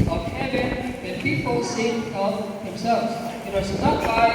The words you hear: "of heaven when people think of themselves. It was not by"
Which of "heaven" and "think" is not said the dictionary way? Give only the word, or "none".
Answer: think